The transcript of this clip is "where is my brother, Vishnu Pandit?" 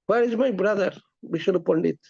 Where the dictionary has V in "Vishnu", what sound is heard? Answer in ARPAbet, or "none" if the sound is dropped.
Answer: B